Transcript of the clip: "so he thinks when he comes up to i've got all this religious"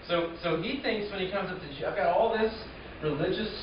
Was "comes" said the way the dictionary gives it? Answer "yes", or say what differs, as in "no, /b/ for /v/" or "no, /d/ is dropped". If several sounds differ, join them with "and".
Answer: yes